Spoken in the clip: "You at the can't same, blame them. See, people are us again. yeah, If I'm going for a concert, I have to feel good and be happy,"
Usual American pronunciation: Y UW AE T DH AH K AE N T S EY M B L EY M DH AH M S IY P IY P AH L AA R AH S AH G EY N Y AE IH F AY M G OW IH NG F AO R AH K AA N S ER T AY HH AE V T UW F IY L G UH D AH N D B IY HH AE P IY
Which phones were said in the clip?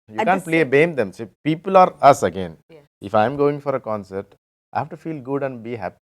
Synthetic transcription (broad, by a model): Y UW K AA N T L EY B EY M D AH M S IY P IY P AH L AA R AH S AH G EY N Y IH F AY M G OW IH NG F AO R AH K AA N S ER T AY HH AE V T UW F IY L G UH D AH N D B IY HH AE P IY